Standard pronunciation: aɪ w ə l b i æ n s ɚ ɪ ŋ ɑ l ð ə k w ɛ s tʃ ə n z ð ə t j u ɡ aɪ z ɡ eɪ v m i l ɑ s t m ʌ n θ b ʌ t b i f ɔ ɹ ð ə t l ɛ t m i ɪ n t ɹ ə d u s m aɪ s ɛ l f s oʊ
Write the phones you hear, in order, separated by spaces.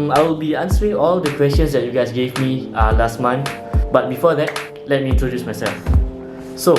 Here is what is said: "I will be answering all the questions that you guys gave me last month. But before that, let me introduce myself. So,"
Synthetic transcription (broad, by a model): aɪ w ə l b i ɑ n s ɚ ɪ ŋ ɑ l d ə k w ɛ s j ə n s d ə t j u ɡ aɪ s ɡ eɪ v m i l ɑ s t m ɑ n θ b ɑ t b i f ɔ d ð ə t l ɛ t m i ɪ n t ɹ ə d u s m aɪ s ɛ l f s oʊ